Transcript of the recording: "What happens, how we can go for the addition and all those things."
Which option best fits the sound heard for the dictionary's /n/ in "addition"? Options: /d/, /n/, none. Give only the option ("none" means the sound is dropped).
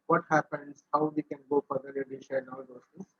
none